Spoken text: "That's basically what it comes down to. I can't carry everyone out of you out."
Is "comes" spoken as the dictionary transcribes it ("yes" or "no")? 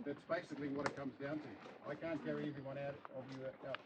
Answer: yes